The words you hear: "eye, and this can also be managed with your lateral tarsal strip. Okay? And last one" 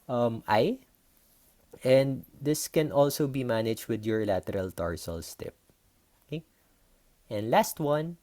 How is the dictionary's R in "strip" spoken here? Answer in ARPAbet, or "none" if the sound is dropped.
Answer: none